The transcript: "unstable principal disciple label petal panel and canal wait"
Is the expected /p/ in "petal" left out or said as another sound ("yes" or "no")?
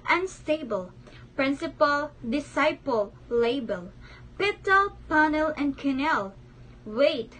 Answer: no